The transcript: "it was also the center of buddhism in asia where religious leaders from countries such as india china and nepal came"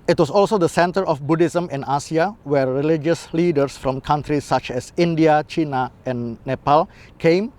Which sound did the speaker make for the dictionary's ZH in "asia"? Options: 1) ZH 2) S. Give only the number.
2